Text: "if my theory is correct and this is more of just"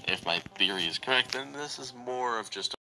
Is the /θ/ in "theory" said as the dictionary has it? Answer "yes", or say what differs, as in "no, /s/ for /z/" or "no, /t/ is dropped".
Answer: yes